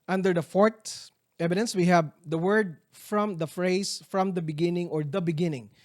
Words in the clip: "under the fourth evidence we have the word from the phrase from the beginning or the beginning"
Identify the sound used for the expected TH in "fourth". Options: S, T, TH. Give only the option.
T